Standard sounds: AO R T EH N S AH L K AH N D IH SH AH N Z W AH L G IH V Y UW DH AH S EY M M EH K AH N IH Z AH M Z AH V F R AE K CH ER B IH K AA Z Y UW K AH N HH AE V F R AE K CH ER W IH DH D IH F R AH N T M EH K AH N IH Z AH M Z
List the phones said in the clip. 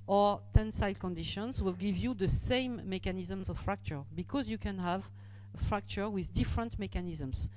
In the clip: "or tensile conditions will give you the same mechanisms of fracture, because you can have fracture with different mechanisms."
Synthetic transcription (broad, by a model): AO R T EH N S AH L K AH N D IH SH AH N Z W AH L G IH V Y UW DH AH S EY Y M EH K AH N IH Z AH M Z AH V F R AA K CH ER B IH K AA Z Y UW K AH N HH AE V F R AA K CH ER W IH DH D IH F R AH N T M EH K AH N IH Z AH M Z